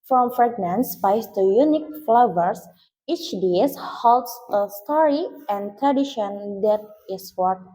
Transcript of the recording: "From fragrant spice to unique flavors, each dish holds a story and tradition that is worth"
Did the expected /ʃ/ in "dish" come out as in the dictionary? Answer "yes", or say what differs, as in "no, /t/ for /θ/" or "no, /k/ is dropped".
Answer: no, /s/ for /ʃ/